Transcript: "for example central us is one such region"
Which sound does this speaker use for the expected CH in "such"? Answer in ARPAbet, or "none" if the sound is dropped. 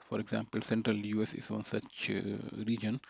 CH